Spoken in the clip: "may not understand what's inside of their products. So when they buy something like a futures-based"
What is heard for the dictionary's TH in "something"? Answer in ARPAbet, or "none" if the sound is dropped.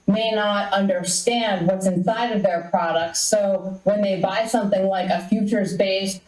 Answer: TH